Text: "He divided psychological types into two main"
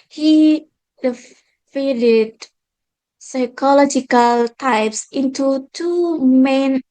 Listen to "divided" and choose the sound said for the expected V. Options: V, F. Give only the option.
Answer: F